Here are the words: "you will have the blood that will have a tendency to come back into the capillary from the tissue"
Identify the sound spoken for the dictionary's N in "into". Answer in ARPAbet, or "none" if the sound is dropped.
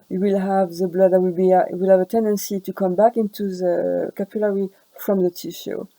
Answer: N